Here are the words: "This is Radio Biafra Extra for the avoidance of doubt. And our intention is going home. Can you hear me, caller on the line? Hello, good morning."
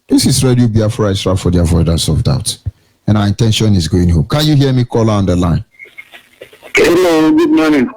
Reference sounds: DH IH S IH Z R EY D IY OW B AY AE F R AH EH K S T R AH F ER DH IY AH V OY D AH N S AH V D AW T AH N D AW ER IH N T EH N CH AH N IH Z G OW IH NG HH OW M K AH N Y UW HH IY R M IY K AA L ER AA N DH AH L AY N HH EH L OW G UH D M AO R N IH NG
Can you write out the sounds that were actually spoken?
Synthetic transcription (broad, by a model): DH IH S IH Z R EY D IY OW B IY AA F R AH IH S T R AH F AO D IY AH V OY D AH S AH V D AW T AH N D AW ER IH N T EH N SH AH N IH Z G OW IH NG HH OW M K AH N Y UW HH IY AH M IY K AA L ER AA N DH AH L AY N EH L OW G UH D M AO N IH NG